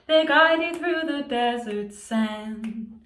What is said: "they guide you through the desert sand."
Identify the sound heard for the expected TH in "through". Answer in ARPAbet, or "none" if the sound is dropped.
TH